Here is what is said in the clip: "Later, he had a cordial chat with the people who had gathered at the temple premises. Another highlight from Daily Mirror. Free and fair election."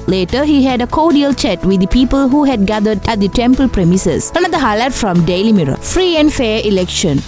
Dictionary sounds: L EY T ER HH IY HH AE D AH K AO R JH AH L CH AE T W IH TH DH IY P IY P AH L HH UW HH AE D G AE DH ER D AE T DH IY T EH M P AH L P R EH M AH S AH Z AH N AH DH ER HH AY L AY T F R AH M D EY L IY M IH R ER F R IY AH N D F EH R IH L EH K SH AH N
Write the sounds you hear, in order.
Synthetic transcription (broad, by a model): L EY T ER HH IY HH AE D AH K AO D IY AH L CH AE T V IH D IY P IY P AH L HH UW HH AE D G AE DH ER D AE T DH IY T EH M P AH L P R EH M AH S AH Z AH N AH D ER HH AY L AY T F R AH M D EY L IY M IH R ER F R IY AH N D F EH R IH L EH K SH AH N